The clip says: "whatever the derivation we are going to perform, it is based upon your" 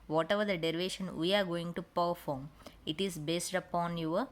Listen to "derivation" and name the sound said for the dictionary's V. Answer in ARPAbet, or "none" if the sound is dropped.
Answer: V